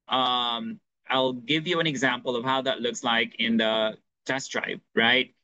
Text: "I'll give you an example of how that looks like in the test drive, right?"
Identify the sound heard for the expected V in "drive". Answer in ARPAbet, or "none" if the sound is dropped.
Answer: P